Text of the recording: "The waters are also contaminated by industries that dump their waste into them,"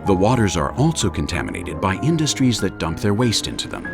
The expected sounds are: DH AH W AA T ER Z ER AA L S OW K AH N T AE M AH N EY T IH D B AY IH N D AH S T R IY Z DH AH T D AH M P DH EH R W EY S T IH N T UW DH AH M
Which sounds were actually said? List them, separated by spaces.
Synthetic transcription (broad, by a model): DH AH W AA T ER Z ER AA L S OW K AH N T AE M AH N EY T IH D B AY IH N D AH S T R IY Z DH AH T D AH M P DH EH R W EY S T IH N T UW DH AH M